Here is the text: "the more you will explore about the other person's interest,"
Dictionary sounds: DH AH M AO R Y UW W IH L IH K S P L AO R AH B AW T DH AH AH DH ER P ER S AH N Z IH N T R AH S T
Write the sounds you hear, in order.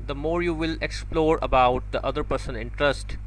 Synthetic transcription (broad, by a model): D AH M AO R Y UW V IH L IH K S P L AO R AH B AW T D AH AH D ER P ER S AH N IH N T R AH S T